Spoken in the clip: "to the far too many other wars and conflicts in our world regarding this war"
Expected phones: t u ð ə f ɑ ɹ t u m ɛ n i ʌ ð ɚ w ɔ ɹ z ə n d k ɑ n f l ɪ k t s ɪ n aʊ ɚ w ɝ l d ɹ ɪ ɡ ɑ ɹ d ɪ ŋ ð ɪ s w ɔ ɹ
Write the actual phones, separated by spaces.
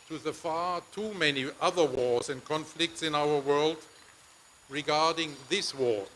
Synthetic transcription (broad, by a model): t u ð ə f ɑ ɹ t u m ɛ n i ʌ ð ɚ w ɔ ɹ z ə n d k ɑ n f l ɪ k t s ɪ n aʊ ɚ w ɝ l d ɹ ɪ ɡ ɑ ɹ d ɪ ŋ ð ɪ s w ɔ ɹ